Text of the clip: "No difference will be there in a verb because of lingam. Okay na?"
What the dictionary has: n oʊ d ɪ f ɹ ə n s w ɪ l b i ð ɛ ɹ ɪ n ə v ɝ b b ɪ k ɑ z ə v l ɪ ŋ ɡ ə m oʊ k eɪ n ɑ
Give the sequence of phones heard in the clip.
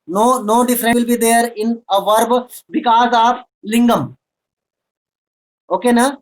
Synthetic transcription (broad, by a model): n oʊ d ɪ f ɹ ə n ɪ l b i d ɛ ɹ ɪ n ə v ɝ b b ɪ k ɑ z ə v l ɪ ŋ ɡ ə m oʊ k eɪ n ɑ